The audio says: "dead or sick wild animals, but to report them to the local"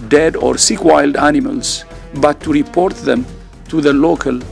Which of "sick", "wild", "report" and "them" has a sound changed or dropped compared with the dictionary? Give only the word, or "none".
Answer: none